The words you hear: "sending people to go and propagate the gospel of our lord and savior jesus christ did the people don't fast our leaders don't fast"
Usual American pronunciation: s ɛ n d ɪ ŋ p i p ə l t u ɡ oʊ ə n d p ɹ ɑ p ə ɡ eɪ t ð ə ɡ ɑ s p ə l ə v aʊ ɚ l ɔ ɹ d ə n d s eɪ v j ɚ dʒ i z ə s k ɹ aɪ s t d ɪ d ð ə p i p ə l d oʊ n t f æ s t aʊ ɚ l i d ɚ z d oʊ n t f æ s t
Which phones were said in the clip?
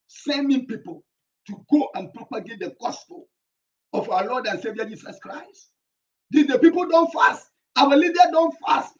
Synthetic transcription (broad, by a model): s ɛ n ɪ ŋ p i p ə l t u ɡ oʊ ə n p ɹ ɑ p ə ɡ eɪ t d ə ɡ ɑ s p ə l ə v aʊ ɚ l ɔ d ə n s eɪ v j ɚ dʒ i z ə s k ɹ aɪ s t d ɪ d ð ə p i p ə l d oʊ n t f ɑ s t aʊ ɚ l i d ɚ d oʊ n t f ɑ s t